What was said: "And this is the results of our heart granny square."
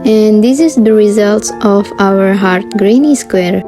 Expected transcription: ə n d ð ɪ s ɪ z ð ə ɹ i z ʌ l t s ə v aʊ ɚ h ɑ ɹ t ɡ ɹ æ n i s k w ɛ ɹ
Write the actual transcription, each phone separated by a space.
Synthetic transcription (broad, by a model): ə n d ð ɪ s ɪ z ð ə ɹ i z ʌ l t s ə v aʊ ɚ h ɑ ɹ t ɡ ɹ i n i s k w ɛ ɹ